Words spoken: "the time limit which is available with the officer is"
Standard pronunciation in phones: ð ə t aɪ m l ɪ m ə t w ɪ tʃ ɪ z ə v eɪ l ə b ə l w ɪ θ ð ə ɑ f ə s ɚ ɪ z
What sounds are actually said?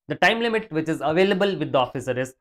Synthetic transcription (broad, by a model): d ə t aɪ m l ɪ m ə t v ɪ tʃ ɪ z ə v eɪ l ə b ə l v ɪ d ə ɑ f ə s ɚ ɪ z